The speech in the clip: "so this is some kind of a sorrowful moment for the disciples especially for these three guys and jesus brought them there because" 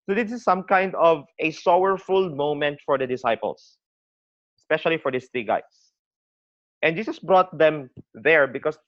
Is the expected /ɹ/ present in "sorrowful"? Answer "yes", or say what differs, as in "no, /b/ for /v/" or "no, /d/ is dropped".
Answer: no, /w/ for /ɹ/